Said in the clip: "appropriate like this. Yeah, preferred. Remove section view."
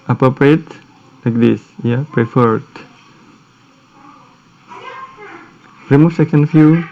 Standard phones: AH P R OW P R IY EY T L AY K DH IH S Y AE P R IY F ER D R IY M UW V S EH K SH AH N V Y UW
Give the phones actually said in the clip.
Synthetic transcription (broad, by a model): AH P R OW P R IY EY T L AY K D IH S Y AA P R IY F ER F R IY M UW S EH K AH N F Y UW